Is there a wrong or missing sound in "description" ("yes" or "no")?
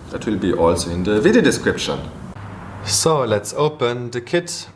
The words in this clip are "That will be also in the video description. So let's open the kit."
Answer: no